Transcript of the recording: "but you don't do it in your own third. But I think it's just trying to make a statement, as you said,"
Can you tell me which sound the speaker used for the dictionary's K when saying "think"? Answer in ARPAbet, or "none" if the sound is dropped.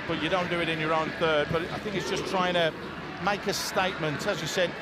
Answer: K